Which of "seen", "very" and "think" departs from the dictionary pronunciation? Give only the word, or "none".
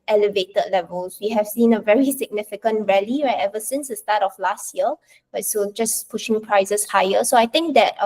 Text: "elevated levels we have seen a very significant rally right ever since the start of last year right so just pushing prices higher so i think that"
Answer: think